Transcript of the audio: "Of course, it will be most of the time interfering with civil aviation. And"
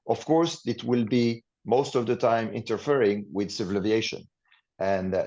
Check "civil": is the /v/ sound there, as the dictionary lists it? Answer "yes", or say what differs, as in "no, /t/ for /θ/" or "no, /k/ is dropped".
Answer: yes